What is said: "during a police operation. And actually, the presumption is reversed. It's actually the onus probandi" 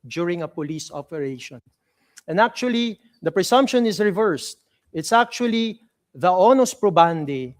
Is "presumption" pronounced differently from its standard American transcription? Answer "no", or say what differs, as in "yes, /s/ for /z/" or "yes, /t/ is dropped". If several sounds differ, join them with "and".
yes, /s/ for /z/